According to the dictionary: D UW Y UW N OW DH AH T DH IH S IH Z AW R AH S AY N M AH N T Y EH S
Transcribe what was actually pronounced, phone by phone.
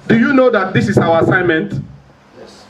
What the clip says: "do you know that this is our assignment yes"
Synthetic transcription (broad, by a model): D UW Y UW N OW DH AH T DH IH S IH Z AW W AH S AY N M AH N T